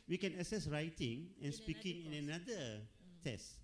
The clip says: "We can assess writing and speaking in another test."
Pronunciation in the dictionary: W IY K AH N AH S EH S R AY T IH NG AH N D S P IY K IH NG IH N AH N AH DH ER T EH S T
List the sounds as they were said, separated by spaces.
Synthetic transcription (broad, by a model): W IY K AH N AH S EH S R AY T IH NG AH N S P IY K IH NG IH N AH N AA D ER T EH S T